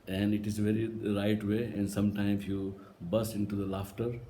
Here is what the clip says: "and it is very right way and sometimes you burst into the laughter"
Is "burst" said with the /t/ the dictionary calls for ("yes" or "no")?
no